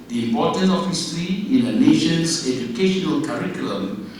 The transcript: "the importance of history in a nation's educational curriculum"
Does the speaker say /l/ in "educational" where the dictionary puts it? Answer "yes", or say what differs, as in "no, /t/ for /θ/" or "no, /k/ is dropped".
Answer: yes